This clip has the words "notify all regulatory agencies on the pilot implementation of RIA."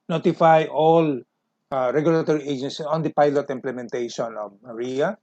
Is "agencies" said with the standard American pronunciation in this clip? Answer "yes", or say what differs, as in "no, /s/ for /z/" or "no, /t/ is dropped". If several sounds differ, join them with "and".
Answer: no, /z/ is dropped